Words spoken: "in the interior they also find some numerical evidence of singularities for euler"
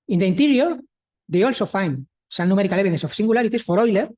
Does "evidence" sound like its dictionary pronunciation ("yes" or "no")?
no